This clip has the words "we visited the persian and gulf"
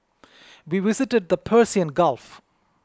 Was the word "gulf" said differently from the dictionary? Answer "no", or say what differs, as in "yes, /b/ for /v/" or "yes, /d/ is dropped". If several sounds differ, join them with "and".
no